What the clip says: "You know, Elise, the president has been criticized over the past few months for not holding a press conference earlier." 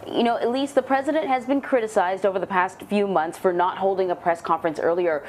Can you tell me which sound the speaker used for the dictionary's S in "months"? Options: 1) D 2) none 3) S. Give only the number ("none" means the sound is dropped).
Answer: 3